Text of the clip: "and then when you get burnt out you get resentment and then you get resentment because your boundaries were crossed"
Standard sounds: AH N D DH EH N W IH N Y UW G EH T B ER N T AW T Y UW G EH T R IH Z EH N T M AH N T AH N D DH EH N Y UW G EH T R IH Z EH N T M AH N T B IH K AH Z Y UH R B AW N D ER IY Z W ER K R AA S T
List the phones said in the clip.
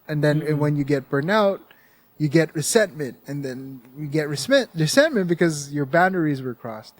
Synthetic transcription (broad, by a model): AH N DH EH N W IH N Y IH G EH T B ER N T AW T Y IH G EH T R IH S EH N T M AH N T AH N DH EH N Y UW G EH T R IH S EH N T M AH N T B IH K AH Z Y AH R B AW N D ER IY Z W ER K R AA S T